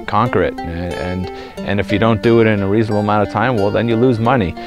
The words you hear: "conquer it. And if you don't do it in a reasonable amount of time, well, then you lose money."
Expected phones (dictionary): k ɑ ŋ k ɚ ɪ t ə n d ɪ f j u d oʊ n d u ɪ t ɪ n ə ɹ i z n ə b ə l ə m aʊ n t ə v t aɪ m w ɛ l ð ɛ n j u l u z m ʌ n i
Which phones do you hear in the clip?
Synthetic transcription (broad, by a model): k ɑ ŋ k ɚ ɪ t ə n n ɪ f j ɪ d oʊ n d ɪ t ɪ n ə ɹ i z n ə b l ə m aʊ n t ə v t aɪ m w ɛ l ð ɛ n j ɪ l u z m ʌ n i